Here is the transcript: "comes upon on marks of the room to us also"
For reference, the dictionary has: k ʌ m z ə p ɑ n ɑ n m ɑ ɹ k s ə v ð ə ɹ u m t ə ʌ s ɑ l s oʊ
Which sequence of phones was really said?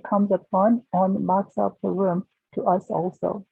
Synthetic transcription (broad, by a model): k ʌ m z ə f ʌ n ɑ n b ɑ k s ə p ð ə ɹ u m t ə ʌ s ɑ l s oʊ